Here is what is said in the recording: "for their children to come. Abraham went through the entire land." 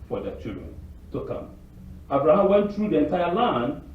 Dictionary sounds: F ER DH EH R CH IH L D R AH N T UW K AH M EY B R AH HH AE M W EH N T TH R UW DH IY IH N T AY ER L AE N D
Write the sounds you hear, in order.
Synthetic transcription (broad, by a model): F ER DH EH CH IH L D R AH N T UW K AH M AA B R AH HH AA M W EH N T TH R UW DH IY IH N T AY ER L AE N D